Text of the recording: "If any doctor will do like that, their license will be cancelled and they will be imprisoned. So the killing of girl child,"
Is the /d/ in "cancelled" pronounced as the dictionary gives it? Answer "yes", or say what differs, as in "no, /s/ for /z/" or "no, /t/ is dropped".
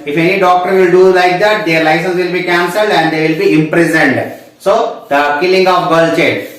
yes